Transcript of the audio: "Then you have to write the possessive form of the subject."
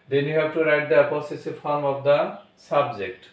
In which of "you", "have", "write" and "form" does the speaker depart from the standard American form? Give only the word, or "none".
have